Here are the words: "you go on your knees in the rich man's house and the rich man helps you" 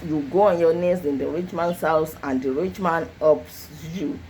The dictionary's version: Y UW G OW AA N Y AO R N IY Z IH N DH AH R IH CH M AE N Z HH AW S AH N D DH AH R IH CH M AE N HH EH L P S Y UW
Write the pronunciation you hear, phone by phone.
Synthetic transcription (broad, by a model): Y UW G OW AA N Y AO N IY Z IH N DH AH R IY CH M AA N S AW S AH N D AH R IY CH M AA N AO P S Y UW